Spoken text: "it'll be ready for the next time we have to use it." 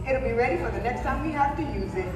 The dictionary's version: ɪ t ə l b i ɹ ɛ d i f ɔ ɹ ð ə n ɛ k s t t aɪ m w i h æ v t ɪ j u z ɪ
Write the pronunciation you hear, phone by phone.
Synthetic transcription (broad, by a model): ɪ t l b i ɹ ɛ d i f ɔ ɹ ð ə n ɛ k s t s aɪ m w i h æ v t ɪ j u z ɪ